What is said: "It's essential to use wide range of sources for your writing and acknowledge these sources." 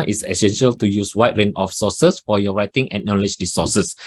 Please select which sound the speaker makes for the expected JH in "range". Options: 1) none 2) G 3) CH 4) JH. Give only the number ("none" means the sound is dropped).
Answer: 1